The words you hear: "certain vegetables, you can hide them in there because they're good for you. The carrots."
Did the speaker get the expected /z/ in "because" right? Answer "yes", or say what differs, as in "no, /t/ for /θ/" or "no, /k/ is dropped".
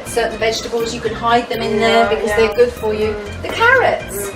yes